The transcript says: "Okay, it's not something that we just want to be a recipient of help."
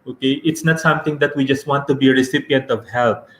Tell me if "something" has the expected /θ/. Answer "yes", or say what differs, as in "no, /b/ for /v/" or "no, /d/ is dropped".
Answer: no, /t/ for /θ/